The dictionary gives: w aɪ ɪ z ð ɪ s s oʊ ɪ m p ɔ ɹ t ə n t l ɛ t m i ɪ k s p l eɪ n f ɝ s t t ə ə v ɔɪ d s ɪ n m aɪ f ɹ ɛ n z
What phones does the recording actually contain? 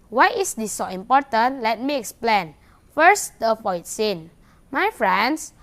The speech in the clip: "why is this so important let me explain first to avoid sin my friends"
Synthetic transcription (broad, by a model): w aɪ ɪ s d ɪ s s oʊ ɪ m p ɔ t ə n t l ɛ t m i ɪ k s p l eɪ n f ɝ s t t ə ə f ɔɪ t s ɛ n m aɪ f ɹ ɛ n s